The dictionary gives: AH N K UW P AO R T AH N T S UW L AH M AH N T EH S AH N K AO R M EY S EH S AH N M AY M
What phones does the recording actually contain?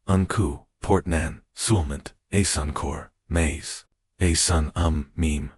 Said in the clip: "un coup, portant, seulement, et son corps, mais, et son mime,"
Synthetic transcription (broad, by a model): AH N K UW P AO R T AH N S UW L M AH N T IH S AH N K AO R M EY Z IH S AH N M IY M